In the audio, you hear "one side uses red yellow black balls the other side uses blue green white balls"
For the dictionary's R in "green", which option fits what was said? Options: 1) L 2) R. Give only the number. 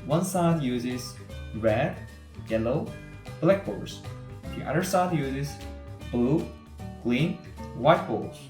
1